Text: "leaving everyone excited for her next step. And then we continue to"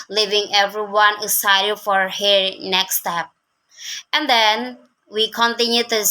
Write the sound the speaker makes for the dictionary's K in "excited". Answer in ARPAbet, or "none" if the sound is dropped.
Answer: none